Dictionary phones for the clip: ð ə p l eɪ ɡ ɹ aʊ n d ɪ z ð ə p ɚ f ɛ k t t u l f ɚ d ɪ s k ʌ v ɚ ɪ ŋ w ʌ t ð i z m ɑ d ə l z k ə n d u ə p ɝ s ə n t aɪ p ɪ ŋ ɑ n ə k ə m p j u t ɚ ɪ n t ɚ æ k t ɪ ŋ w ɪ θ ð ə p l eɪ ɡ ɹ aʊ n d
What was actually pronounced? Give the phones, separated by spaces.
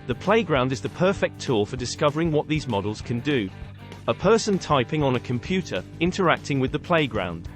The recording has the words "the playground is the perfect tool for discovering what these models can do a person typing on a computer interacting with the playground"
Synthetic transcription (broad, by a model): ð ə p l eɪ ɡ ɹ aʊ n d ɪ z ð ə p ɚ f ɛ k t t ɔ f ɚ d ɪ s k ʌ v ɚ ɪ ŋ w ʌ t ð i z m ɑ d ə l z k ə n d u ə p ɝ s ə n t aɪ p ɪ ŋ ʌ n ə k ə m p j u t ɚ ɪ n t ɚ æ k t ɪ ŋ w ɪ ð ə p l eɪ ɡ ɹ aʊ n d